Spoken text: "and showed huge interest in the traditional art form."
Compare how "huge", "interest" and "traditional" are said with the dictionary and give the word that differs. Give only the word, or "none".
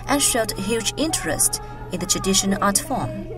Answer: traditional